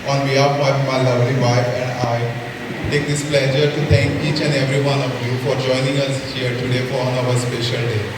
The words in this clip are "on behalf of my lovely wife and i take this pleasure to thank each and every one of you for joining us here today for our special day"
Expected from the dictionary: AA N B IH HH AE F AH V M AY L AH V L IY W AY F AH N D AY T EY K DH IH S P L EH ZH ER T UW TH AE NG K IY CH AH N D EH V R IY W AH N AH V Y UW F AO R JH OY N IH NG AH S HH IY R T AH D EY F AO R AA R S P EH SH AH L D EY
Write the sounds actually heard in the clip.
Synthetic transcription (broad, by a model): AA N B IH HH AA AH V M AY L AH V L IY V AY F AH N D AY T EY K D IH S P L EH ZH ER T UW T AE NG K IY CH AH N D EH V R IY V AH N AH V Y UW F AO R JH OY N IH NG AH S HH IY R T AH D EY F AO R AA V S P EH SH AH L D EY